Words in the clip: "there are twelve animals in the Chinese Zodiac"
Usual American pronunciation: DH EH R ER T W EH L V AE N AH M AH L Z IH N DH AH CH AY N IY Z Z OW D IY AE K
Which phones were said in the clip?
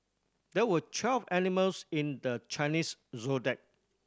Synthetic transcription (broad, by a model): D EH W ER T W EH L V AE N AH M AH L S IH N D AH CH AY N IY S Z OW D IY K